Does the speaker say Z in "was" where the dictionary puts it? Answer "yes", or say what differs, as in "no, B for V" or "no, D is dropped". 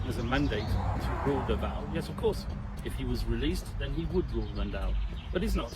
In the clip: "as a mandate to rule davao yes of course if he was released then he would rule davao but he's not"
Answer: yes